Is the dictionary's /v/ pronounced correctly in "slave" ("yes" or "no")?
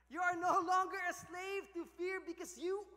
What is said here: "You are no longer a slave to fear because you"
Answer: yes